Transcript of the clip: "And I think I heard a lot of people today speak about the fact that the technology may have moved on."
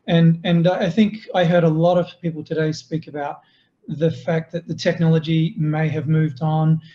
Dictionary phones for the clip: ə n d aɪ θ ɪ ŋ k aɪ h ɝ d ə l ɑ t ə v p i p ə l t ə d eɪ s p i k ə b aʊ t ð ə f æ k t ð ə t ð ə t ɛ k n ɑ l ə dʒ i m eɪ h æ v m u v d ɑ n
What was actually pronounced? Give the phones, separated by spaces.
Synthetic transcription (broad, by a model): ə n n aɪ θ ɪ ŋ k aɪ h ɝ d ə l ɑ t ə v p i p l t ə d eɪ s p i k ə b aʊ t ð ə f æ k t ð ə t ð ə t ɛ k n ɑ l ə dʒ i m eɪ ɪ v m u v d n